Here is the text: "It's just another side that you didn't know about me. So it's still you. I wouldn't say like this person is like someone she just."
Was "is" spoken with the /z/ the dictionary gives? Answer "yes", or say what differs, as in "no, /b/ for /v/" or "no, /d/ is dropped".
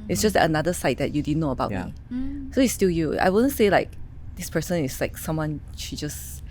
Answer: no, /s/ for /z/